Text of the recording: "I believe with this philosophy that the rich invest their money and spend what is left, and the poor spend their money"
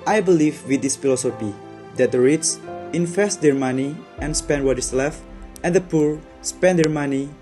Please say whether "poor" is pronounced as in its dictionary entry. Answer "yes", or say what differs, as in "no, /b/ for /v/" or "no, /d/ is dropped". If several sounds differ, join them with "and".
yes